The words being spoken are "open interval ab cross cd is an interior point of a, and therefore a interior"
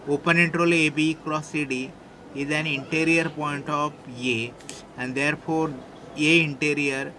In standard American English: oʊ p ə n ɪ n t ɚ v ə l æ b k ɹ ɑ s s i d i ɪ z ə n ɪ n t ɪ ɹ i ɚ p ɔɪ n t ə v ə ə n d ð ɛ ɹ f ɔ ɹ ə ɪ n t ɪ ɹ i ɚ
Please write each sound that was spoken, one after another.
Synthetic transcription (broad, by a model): oʊ p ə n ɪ n t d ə l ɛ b k ɹ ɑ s s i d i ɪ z ə n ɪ n t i ɹ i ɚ p ɔɪ n t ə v ə ə n d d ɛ ɹ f ɔ ɹ ə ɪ n t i ɹ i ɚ